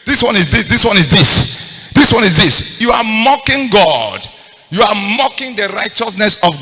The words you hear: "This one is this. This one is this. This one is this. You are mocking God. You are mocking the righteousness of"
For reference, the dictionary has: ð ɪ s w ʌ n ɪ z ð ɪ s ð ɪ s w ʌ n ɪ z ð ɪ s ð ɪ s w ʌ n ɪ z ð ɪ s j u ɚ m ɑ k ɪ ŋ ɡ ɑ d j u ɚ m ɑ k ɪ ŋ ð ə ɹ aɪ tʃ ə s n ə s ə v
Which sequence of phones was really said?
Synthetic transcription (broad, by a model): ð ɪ s w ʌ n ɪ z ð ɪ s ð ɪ s w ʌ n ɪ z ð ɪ s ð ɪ s w ʌ n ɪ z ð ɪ s j u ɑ m ɑ k ɪ ŋ ɡ ɑ d j u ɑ m ɑ k ɪ ŋ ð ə ɹ aɪ tʃ ə s n ə s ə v